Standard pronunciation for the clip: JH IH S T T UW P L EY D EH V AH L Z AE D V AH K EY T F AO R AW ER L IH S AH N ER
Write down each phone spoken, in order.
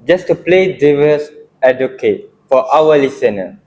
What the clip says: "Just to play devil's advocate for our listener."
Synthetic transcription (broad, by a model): JH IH S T T UW P L EY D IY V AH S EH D AH K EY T F AO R AW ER L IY S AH N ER